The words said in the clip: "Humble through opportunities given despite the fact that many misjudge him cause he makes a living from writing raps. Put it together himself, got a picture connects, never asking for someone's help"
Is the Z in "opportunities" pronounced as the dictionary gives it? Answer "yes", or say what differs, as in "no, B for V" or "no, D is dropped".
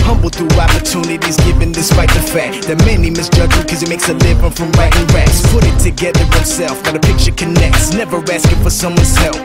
yes